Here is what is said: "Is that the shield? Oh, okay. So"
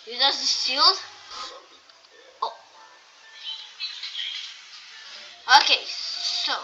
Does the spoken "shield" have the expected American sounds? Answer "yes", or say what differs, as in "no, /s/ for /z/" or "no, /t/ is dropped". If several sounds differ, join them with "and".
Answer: no, /s/ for /ʃ/